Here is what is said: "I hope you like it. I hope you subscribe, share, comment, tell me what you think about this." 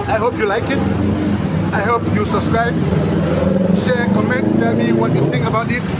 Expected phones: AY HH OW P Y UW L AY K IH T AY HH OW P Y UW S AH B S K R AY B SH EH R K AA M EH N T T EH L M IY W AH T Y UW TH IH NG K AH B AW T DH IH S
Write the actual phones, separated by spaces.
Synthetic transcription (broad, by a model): AY HH OW P Y UW L AY K IH T AY HH OW P Y UW S AH B S K R AY B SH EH K AA M EH N T T EH L M IY W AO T Y UW T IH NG K AH B AW T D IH S